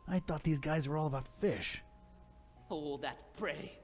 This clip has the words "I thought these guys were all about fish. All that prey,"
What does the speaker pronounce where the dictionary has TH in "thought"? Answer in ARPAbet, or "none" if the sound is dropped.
TH